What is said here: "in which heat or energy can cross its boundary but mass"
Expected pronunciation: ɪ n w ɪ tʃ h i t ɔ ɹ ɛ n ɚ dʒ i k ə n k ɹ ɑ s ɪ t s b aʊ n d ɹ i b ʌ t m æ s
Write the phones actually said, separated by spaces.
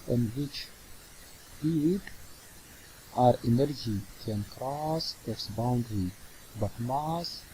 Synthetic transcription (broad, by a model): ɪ n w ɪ tʃ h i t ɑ ɹ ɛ n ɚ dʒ i k ə n k ɹ ɑ s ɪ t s b aʊ n d ɹ i b ʌ t m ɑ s